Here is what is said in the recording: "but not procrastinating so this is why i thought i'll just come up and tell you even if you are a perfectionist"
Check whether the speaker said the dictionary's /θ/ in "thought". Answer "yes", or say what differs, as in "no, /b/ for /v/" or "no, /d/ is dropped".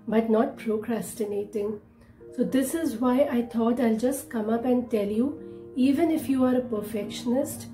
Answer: no, /t/ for /θ/